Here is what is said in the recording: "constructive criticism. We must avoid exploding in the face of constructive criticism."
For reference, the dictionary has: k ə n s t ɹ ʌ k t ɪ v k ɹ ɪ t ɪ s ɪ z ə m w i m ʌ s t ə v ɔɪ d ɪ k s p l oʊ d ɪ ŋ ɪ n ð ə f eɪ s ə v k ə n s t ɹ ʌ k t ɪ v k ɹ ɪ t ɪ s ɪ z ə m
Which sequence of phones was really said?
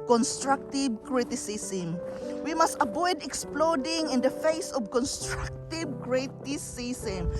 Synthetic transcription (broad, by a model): k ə n s t ɹ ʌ k t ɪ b k ɹ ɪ t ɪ s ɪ s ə m w i m ʌ s t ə b ɔɪ d ɪ k s p l oʊ d ɪ ŋ ɪ n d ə f eɪ s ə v k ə n s t ɹ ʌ k t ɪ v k ɹ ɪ t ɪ s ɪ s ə m